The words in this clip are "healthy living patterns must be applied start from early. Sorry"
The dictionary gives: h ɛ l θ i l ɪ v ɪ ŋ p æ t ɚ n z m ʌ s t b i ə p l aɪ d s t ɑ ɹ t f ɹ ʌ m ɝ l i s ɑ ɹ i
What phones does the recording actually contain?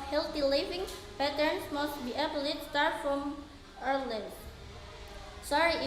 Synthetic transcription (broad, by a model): h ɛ l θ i l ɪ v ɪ ŋ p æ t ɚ n s m ʌ s t b i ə b l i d s t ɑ ɹ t f ɹ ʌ m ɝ l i s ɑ ɹ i